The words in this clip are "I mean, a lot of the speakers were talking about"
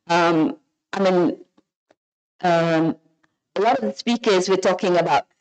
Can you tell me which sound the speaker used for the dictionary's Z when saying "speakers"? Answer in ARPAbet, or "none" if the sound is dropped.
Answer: Z